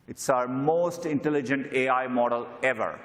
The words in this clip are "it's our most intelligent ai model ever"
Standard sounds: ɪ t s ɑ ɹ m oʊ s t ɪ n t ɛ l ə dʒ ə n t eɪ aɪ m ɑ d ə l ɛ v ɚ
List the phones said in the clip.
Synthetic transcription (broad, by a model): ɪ t s ɑ ɹ m oʊ s t ɪ n t ɛ l ə dʒ ə n t eɪ aɪ m ɑ d ə l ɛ v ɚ